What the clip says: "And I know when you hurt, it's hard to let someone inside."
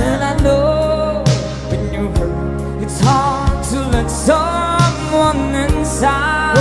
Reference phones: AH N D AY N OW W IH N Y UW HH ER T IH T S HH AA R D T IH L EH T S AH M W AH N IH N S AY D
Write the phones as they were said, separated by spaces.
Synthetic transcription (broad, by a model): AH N AY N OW W IH N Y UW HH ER IH T S HH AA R T IH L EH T S AH M W AH N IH N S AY